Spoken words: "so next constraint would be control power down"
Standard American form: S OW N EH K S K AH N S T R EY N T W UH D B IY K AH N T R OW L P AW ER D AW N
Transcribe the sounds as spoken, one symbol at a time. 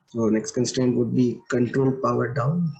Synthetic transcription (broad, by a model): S OW N EH K S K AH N S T EY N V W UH D B IY K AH N T R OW L P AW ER D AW N